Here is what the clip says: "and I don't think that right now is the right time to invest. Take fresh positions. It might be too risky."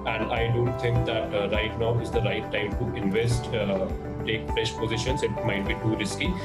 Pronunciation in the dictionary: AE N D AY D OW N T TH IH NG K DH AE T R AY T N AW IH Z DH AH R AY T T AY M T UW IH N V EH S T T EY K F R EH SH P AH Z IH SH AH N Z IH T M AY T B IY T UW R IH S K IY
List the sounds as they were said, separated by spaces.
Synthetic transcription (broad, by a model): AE N D AY D OW N T T IH NG K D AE T R AY T N AW IH Z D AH R AY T T AY M T UW IH N V EH S T T EY K F R EH SH P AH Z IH SH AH N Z IH T M AY T B IY T UW R IH S K IY